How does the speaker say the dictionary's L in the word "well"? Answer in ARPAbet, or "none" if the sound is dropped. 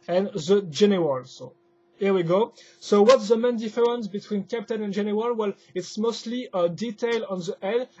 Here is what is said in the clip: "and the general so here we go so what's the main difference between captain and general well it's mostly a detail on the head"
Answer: L